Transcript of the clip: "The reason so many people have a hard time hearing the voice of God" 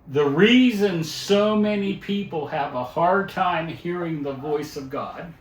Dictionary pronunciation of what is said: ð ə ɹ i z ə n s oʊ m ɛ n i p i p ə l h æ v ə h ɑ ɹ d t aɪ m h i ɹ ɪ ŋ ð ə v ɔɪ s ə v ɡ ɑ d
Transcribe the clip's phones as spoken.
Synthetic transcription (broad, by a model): ð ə ɹ i z ə n s oʊ m ɛ n i p i p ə l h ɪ v ə h ɑ ɹ d t aɪ m h i ɹ ɪ ŋ ð ə v ɔɪ s ə v ɡ ɑ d